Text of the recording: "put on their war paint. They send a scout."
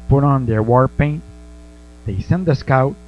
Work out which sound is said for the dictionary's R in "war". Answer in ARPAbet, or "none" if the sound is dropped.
R